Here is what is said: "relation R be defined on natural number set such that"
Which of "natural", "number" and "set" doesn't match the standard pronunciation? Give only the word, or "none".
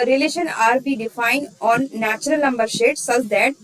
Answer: set